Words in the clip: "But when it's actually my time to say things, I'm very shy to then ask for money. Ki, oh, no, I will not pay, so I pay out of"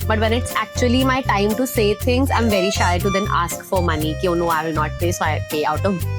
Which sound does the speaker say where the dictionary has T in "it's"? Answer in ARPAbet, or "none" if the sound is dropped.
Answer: T